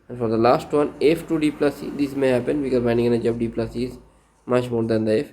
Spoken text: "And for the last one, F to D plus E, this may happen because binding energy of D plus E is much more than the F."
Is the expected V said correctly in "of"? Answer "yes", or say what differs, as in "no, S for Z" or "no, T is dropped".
no, B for V